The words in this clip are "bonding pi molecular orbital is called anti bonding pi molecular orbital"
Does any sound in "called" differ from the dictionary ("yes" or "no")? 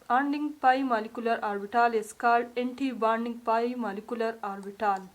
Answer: yes